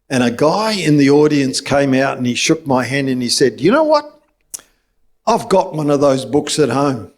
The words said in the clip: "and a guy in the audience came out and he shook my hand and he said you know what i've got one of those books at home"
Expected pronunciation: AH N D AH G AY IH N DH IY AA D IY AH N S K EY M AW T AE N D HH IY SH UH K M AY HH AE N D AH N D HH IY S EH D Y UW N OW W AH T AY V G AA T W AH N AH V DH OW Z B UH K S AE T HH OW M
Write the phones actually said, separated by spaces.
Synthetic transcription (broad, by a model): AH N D AH G AY IH N DH IY AA D IY AH N S K EY M AW T N IY SH UH K M AY HH AE N D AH N IY S EH D Y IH N OW W AH T AY V G AA T W AH N AH V DH OW Z B UH K S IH T HH OW M